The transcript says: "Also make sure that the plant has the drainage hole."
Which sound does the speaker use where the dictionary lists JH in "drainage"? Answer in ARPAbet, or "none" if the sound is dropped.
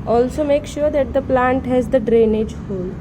JH